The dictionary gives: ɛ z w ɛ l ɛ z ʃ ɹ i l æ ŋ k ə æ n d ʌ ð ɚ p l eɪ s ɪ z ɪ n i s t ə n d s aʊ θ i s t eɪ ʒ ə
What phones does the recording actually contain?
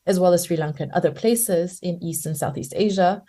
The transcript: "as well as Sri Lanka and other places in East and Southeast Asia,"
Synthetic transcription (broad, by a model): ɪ z w ɛ l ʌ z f ɹ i l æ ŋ k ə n ʌ ð ɚ p l eɪ s ɪ z ɪ n i s t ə n s aʊ θ i s t eɪ ʒ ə